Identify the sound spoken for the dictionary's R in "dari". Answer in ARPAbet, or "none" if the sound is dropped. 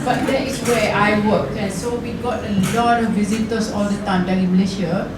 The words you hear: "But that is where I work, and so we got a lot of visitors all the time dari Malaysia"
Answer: none